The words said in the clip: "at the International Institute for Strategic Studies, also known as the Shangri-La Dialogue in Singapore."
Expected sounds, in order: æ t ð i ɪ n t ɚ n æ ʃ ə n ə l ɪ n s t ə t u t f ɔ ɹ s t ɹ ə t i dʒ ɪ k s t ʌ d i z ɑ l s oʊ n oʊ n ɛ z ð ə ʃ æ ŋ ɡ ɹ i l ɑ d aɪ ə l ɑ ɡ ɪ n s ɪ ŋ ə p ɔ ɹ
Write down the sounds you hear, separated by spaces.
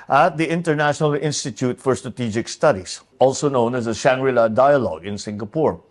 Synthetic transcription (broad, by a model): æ t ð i ɪ n t ɚ n æ ʃ ə n ə l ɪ n s t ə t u t f ɔ ɹ s t ɹ ə t i dʒ ɪ k s t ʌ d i s ɑ l s oʊ n oʊ n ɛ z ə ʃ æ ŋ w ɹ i l ɑ d aɪ ə l ɑ ɡ ɪ n s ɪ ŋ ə p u ɹ